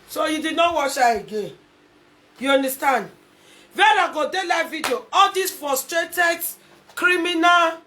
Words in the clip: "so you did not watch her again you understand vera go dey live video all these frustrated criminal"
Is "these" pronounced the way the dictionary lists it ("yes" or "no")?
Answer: no